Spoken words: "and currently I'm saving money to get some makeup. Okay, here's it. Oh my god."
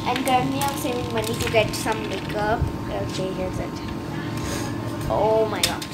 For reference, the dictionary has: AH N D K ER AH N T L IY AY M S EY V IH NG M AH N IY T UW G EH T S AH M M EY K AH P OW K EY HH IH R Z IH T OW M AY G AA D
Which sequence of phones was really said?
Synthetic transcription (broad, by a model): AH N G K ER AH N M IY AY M S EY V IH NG M AH N IY T UW G EH T S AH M M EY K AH OW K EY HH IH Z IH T OW M AY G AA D